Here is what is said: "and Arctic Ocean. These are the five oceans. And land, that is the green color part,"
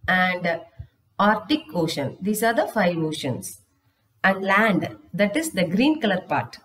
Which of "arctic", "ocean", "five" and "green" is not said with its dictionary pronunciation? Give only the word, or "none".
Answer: none